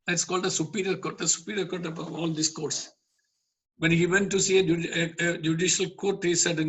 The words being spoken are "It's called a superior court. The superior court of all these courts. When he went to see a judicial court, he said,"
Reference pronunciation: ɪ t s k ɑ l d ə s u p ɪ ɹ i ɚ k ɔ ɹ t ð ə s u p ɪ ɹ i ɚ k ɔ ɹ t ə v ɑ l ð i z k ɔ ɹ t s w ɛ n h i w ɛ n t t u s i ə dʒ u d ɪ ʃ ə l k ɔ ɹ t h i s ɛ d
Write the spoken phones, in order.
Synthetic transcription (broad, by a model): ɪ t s k ɑ l d ə s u p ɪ ɹ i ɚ k ɔ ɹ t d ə s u p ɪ ɹ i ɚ k ɔ ɹ t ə b ɑ l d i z k ɔ ɹ t s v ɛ n h i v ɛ n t t u s i ə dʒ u d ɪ ʃ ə l k ɔ ɹ t h i s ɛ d